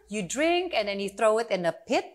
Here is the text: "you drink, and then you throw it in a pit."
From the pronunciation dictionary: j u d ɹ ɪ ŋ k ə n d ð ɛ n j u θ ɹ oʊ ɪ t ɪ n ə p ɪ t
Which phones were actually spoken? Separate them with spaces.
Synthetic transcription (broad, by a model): j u d ɹ ɪ ŋ k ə n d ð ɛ n j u θ ɹ oʊ ɪ t ɪ n ə p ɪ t